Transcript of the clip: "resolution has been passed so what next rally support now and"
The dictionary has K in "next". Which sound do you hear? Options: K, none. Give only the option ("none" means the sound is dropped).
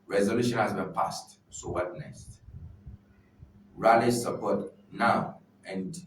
none